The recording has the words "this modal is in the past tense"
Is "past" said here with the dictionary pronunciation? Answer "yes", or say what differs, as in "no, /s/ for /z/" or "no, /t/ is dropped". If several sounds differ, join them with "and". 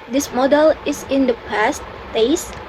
yes